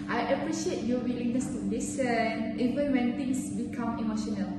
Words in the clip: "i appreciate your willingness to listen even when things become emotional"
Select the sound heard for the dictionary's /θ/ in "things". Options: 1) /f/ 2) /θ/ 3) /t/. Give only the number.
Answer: 3